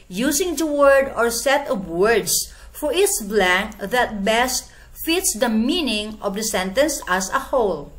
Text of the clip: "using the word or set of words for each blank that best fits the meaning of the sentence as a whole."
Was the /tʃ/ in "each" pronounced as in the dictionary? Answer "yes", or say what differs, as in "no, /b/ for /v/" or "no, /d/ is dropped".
no, /s/ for /tʃ/